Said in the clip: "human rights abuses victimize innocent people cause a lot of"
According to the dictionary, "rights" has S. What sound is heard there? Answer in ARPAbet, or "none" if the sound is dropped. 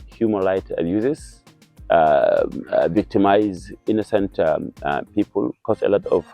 none